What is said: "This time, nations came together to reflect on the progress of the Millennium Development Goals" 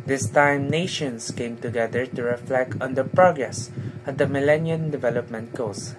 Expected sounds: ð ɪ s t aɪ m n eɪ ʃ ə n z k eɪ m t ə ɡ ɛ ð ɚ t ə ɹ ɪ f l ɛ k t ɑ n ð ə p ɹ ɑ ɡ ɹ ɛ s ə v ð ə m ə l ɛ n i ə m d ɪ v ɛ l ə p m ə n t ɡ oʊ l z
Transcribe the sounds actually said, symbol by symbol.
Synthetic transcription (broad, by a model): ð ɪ s t aɪ m n eɪ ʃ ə n s k eɪ m t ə ɡ ɛ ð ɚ t ə ɹ ɪ f l ɛ k t ɑ n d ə p ɹ ɑ ɡ ɹ ɛ s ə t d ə m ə l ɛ n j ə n d ɪ v ɛ l ə p m ə n t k oʊ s